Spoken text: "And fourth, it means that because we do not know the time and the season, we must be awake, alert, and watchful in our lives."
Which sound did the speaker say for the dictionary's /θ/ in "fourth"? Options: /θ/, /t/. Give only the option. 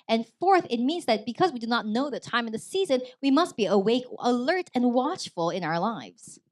/θ/